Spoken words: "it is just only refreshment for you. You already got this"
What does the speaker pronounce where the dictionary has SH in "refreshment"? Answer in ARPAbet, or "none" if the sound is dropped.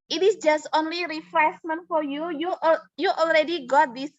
S